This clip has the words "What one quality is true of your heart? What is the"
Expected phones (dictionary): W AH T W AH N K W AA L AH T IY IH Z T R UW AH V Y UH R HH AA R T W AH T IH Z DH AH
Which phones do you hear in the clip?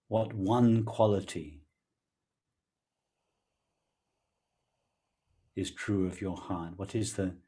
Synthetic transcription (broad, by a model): W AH T W AH N K W AA L AH T IY IH Z T R UW AH V Y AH R HH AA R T W AH T IH Z DH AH